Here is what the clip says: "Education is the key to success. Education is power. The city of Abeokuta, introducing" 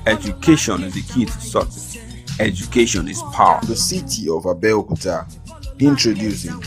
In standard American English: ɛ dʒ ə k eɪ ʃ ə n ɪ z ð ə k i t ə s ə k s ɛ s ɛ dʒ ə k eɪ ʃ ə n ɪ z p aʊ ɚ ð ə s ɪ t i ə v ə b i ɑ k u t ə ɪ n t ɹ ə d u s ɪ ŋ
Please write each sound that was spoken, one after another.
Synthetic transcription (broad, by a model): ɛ dʒ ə k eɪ ʃ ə n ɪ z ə k i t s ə s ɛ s ɛ dʒ ə k eɪ ʃ ə n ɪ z p aʊ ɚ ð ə s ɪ t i ə v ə b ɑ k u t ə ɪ n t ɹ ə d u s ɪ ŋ